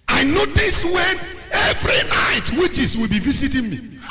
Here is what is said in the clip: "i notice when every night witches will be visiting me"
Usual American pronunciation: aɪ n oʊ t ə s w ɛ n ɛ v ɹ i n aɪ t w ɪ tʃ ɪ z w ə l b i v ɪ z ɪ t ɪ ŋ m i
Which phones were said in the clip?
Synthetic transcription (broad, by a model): aɪ n oʊ t ə s w ɛ n ɛ v ɹ i n aɪ t w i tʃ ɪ s w ə l b i v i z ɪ t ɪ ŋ m i